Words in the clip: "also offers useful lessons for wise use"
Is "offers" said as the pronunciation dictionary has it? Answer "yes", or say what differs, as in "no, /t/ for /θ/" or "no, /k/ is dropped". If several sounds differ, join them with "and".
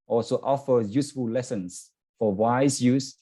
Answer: no, /z/ is dropped